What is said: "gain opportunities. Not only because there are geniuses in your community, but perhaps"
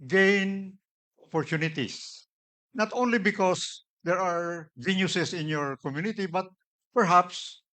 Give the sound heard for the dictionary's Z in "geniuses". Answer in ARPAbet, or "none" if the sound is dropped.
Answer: S